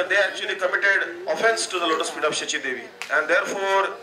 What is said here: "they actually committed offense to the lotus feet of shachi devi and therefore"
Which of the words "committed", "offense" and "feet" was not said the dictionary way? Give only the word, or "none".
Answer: feet